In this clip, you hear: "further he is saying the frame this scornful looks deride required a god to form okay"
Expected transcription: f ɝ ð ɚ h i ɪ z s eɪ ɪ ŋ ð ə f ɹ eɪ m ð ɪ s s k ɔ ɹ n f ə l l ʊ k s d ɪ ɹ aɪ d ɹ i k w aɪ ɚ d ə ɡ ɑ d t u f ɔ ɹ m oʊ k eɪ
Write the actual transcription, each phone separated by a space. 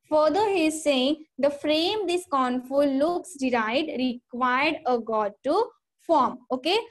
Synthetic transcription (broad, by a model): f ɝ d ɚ h i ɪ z s eɪ ɪ ŋ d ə f ɹ eɪ m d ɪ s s k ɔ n f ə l l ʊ k s d ɪ ɹ aɪ d ɹ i k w aɪ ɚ d ə ɡ ɑ d t u f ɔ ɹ m oʊ k eɪ